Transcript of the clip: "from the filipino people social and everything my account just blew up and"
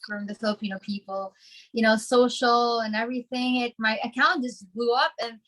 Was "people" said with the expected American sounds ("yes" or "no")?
no